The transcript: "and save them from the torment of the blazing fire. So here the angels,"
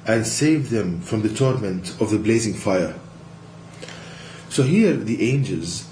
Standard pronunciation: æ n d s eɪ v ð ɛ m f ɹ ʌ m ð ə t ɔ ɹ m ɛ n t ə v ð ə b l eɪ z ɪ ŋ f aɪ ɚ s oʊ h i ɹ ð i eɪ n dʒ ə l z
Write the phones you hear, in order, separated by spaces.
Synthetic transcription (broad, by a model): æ n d s eɪ v ð ɛ m f ɹ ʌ m ð ə t ɔ ɹ m ɛ n t ə v ð ə b l eɪ z ɪ ŋ f aɪ ɚ s oʊ h i ɹ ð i eɪ n dʒ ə l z